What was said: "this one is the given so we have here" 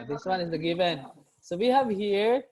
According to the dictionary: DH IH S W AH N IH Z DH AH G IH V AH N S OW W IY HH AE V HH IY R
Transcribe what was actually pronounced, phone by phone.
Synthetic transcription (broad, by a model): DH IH S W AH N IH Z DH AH G IH V AH N S OW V IY HH AE V HH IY R